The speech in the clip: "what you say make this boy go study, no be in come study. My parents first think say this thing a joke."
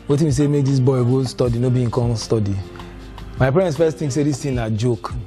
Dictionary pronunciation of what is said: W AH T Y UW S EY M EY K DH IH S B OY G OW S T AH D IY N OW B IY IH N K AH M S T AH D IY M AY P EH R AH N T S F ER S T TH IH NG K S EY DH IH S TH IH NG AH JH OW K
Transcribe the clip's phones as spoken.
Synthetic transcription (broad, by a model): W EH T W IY S EY M EY K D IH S B OY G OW S T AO D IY N OW B IY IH K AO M S T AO D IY M AY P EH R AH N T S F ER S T T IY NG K S EY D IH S T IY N AH JH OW K